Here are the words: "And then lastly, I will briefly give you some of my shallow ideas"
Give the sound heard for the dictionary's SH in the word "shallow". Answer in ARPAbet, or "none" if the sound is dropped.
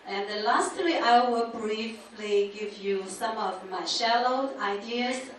SH